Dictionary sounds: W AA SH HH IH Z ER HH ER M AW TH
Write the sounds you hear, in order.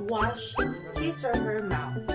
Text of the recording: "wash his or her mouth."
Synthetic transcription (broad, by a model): W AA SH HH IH S ER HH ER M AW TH